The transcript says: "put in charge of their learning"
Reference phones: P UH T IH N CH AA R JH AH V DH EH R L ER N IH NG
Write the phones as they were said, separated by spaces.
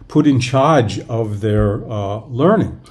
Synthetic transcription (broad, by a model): P UH T IH N CH AA R JH AH V DH EH R L ER N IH NG